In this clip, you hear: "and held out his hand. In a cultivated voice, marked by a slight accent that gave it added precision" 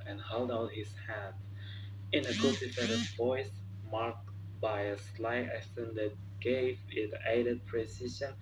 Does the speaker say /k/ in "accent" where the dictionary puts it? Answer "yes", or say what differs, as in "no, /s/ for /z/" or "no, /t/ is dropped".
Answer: no, /k/ is dropped